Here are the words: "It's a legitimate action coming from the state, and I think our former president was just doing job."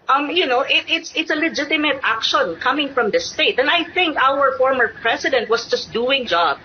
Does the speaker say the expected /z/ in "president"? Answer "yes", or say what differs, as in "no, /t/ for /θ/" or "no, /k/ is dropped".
no, /s/ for /z/